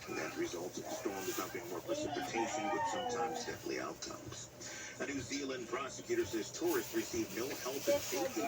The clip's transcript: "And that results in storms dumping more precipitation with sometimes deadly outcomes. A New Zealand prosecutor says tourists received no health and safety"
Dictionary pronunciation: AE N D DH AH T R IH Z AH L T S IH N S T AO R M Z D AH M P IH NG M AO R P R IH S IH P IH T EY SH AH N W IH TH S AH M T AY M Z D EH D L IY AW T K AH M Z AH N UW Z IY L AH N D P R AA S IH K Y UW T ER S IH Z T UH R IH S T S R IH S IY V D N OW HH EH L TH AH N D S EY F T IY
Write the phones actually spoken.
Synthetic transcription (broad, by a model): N DH AH T R IH Z AH L T S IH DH S T AO R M D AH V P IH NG M AO R P R IH S IH P IH T EY SH AH N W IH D S AH M T AY M Z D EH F L IY AW T K AH M Z AH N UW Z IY L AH N P R AA S IH K Y UW T ER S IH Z T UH R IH S T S R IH S IY V N OW HH EH L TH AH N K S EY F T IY